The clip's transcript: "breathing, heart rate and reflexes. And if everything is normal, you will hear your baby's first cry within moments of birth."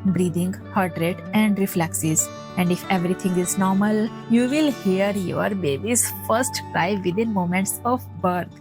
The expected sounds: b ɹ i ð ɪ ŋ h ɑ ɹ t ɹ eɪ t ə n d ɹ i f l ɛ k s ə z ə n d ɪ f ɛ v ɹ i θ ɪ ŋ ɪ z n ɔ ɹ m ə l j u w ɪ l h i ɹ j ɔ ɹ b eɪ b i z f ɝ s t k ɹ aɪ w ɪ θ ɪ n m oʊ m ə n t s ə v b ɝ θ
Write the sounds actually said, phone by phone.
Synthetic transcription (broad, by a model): b ɹ i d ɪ ŋ h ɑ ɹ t ɹ eɪ t ə n d ɹ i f l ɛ k s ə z ə n d ɪ f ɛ v ɹ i t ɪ ŋ ɪ z n ɔ ɹ m ə l j u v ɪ l h i ɹ j ɔ ɹ b eɪ b i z f ɝ s t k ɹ aɪ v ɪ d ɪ n m oʊ m ə n t s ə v b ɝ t